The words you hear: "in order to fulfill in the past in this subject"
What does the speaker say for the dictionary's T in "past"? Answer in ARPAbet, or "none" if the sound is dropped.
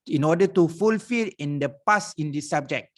none